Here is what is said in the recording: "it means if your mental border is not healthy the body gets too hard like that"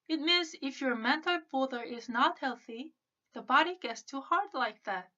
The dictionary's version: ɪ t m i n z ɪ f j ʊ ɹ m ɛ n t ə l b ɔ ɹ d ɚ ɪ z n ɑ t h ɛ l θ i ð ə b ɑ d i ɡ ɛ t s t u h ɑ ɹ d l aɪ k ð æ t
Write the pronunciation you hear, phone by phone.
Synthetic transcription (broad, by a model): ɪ t m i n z ɪ f j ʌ ɹ m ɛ n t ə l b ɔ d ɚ ɪ z n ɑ t h ɛ l θ i ð ə b ɑ d i ɡ ɛ t s t u h ɑ ɹ d l aɪ k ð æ t